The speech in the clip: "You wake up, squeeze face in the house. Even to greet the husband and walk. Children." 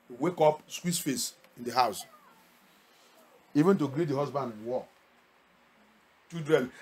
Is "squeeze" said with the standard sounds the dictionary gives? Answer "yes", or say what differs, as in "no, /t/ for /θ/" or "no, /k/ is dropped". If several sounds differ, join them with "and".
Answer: no, /s/ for /z/